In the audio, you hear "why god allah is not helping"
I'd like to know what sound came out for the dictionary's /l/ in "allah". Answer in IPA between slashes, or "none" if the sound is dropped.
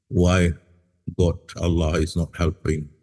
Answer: /l/